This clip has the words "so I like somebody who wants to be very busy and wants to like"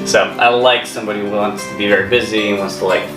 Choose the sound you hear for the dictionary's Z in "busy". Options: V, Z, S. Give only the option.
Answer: Z